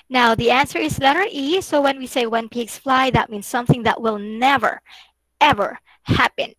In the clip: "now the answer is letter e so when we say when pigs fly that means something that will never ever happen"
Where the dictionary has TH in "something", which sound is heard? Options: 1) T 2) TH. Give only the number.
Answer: 2